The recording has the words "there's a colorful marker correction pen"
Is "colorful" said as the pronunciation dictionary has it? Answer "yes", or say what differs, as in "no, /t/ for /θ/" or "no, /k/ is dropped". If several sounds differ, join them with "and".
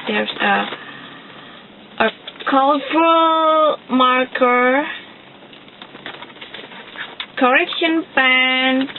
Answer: no, /f/ is dropped